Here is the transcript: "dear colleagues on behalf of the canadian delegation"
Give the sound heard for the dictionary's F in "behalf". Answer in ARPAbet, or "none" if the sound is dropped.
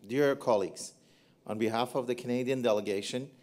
F